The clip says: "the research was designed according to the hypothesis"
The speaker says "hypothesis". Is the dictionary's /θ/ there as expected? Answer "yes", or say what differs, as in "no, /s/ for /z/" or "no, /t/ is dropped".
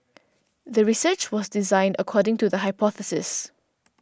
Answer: yes